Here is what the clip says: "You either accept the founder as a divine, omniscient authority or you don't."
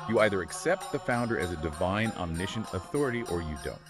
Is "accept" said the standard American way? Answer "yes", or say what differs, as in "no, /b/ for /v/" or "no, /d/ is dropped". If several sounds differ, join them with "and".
yes